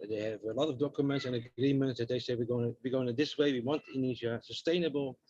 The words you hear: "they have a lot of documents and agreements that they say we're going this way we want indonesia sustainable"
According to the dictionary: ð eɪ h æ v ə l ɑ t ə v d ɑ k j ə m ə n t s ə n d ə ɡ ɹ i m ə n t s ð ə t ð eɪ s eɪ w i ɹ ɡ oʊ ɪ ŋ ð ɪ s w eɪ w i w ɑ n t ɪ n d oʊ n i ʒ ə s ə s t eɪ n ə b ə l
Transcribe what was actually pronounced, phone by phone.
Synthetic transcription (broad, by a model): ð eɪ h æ v ə l ɑ t ə v d ɑ k j ə m ə n t s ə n ə ɡ ɹ i m ə n t s ð ə t ð eɪ s eɪ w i w ɡ oʊ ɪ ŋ ð ɪ s w eɪ w i w ɑ n t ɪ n n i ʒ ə s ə s t eɪ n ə b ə l